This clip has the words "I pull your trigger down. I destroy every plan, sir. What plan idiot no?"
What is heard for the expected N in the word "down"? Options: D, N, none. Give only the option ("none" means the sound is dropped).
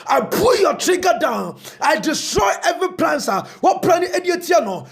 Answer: N